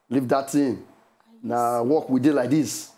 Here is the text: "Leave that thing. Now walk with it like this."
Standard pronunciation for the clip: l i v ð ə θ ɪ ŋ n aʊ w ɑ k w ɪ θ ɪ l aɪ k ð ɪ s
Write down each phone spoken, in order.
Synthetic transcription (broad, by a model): l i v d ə t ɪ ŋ n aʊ w ɑ k w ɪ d ɪ l aɪ k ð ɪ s